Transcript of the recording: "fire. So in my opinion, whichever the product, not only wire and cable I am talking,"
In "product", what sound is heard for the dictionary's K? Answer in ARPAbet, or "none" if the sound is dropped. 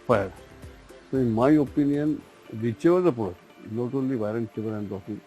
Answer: none